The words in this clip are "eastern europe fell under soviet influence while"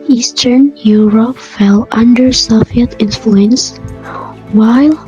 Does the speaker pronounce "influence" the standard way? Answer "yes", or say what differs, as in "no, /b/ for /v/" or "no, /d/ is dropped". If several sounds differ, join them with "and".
yes